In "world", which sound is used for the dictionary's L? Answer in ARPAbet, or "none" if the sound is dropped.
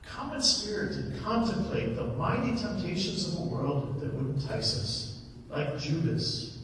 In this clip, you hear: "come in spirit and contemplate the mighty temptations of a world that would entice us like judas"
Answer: L